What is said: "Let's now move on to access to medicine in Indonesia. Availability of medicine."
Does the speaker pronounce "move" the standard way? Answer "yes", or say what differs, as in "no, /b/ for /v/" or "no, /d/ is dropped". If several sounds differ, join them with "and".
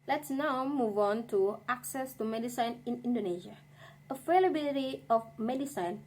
yes